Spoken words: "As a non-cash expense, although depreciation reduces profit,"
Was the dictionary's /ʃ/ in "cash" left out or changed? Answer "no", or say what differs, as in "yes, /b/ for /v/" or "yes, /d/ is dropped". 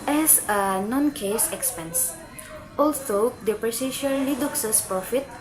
yes, /s/ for /ʃ/